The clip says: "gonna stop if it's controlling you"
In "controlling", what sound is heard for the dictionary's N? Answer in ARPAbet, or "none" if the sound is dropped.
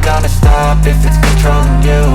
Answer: none